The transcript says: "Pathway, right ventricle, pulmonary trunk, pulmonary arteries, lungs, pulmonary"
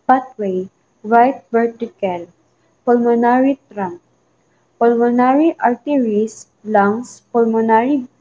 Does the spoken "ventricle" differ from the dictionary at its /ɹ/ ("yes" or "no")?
yes